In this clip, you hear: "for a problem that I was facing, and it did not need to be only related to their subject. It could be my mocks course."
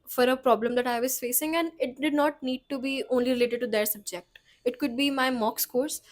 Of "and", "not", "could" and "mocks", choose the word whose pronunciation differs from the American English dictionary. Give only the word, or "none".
none